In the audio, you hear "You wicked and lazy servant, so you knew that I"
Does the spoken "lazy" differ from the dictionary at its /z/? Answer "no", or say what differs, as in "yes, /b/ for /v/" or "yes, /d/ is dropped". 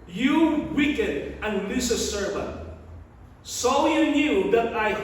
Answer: yes, /s/ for /z/